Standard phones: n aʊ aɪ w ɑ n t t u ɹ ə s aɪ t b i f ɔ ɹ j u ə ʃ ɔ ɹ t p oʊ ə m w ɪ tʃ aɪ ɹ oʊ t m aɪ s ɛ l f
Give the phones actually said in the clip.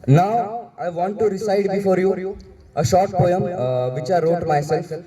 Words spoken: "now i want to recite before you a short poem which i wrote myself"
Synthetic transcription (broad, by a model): n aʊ aɪ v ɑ n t t u ɹ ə s aɪ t b i f ɔ ɹ j u ə ʃ ɔ ɹ t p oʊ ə m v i tʃ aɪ ɹ oʊ t m aɪ s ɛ l f